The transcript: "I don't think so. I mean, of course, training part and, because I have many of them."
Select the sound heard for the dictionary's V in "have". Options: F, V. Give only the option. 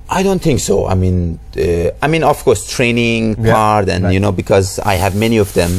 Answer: V